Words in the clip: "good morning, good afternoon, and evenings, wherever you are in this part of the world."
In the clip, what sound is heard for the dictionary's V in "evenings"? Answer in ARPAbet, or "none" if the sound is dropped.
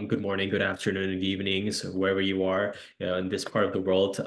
V